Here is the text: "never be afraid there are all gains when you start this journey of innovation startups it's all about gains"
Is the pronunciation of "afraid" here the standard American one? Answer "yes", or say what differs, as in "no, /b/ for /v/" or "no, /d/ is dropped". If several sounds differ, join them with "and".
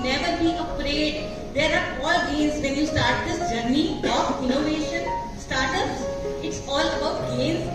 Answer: no, /p/ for /f/